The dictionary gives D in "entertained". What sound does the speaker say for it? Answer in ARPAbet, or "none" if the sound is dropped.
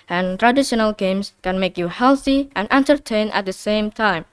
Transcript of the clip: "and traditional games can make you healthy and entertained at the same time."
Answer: none